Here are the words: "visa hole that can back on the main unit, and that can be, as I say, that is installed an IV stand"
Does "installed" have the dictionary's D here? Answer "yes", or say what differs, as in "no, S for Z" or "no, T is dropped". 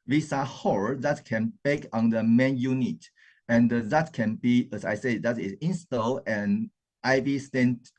no, D is dropped